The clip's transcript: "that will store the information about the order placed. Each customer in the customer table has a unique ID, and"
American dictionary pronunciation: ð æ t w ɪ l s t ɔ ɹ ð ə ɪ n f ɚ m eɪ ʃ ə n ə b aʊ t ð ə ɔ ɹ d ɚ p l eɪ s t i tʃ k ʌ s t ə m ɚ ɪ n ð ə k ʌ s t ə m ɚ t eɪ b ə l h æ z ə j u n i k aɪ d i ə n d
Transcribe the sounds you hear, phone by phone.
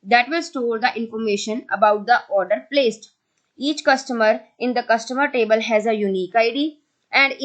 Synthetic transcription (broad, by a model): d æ t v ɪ l s t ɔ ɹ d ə ɪ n f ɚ m eɪ ʃ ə n ə b aʊ t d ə ɔ ɹ d ɚ p l eɪ s t i tʃ k ʌ s t ə m ɚ ɪ n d ə k ʌ s t ə m ɚ t eɪ b ə l h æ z ə j u n i k aɪ d i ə n d